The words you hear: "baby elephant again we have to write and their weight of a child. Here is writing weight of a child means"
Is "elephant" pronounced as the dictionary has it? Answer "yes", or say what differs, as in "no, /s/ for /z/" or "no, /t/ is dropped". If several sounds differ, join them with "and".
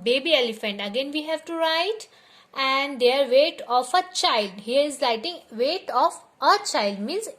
yes